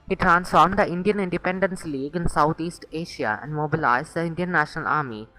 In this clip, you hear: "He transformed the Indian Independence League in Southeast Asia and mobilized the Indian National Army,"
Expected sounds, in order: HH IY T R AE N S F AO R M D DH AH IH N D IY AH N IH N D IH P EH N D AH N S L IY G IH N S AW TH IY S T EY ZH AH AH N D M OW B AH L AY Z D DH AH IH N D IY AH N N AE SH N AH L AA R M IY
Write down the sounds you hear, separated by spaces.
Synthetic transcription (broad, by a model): HH IY T R AE N S F AO R M D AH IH N D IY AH N IH N D IH P EH N D AH N S L IY G IH N S AW T IY S T EY SH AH AH N D M OW B AH L AY Z D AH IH N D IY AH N N AE SH N AH L AA R M IY